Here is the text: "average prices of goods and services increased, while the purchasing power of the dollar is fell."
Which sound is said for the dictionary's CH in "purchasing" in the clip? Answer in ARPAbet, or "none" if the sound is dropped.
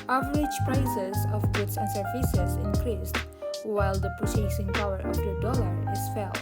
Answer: S